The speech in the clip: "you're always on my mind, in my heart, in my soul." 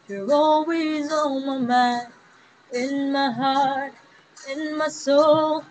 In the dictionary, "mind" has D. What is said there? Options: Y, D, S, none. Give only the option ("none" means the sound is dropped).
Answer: none